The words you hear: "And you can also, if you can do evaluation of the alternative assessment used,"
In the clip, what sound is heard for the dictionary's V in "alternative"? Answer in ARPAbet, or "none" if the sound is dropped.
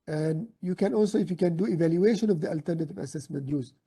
V